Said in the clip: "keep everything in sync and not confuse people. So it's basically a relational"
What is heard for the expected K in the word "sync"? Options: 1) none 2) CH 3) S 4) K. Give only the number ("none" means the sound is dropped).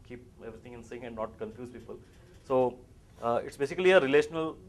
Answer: 1